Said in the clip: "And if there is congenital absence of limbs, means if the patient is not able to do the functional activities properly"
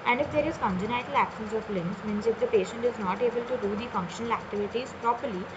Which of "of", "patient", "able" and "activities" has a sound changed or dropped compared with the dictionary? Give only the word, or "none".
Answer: of